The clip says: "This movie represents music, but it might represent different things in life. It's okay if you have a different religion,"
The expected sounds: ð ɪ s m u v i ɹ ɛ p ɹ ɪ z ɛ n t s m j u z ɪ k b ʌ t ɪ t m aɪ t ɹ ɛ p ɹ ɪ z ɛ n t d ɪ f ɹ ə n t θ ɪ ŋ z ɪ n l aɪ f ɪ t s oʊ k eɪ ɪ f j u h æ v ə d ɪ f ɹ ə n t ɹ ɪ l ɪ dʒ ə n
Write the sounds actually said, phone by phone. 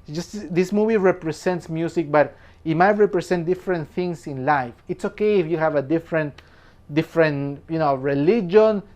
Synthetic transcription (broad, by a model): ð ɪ s m u v i ɹ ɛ p ɹ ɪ s ɛ n t s m j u s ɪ k b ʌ t ɪ t m aɪ t ɹ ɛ p ɹ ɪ s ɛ n t d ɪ f ɹ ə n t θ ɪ ŋ s ɪ n l aɪ f ɪ t s oʊ k eɪ ɪ f j u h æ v ə d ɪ f ɹ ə n t ɹ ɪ l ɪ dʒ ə n